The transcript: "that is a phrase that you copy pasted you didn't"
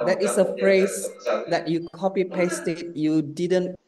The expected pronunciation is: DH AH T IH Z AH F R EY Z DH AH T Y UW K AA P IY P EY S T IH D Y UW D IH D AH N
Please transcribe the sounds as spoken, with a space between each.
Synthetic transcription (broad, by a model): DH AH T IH S AH F R EY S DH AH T Y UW K AA P IY P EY S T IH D Y UW D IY D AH N